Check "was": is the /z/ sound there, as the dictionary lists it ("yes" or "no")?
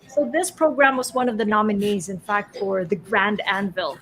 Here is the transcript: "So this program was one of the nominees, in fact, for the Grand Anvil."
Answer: yes